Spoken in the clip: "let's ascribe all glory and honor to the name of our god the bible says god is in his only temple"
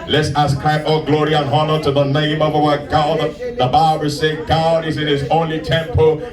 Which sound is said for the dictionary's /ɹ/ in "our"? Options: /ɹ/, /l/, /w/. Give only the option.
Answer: /w/